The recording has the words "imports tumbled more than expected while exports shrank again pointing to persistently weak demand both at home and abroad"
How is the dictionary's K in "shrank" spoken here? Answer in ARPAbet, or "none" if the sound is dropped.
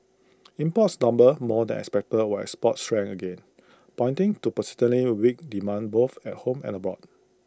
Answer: none